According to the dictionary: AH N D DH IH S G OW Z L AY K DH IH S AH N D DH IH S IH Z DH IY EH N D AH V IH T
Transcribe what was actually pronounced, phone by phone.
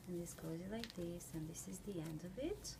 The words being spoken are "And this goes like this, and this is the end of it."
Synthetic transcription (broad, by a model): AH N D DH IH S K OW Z L AY K DH IH S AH N DH IH S IH Z DH IY EH N D AH V IH T